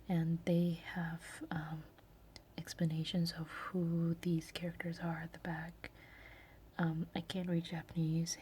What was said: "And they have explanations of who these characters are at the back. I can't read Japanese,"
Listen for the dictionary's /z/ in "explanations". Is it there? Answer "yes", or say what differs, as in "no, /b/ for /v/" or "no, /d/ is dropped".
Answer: yes